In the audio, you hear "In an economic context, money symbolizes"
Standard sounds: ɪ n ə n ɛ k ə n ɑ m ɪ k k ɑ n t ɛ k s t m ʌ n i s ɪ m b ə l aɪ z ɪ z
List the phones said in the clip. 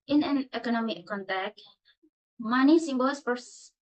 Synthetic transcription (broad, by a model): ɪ n ə n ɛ k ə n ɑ m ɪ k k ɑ n t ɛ k t m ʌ n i s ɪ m b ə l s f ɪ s